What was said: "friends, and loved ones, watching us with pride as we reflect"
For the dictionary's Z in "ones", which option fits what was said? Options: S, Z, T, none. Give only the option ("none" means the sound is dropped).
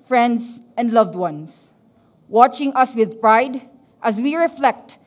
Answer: S